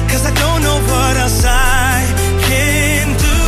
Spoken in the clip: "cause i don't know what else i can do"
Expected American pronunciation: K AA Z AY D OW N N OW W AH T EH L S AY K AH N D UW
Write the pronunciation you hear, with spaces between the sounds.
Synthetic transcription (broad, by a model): K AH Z AY D OW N N OW W AH T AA S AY K AH N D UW